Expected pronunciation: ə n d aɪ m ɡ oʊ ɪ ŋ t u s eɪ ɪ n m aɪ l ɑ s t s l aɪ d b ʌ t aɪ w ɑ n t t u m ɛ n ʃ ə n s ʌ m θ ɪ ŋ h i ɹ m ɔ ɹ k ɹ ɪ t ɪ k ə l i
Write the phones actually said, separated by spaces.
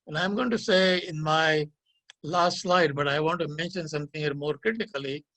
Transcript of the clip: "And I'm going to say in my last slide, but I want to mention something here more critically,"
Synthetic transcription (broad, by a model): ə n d aɪ m ɡ oʊ ɪ ŋ t u s eɪ ɪ n m aɪ l ɑ s t s l aɪ d b ʌ t aɪ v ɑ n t t u m ɛ n ʃ ə n s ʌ m t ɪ ŋ h i ɹ m ɔ ɹ k ɹ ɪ t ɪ k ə l i